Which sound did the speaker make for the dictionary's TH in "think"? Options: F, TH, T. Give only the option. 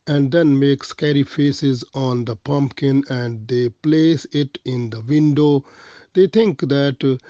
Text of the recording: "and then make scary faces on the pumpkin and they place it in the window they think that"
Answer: T